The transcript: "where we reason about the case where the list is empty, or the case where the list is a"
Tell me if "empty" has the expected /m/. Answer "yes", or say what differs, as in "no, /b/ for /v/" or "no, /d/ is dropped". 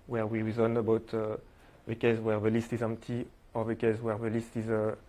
yes